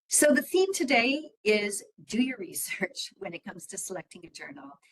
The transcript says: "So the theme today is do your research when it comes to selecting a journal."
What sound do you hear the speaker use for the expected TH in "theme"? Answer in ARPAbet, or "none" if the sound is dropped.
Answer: TH